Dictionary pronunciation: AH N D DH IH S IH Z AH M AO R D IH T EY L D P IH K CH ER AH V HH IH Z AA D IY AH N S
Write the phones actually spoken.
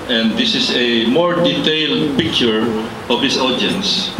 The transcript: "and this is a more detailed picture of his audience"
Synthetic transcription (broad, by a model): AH N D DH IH S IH S AH M AO R D IH T EY L D P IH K CH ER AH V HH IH S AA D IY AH N S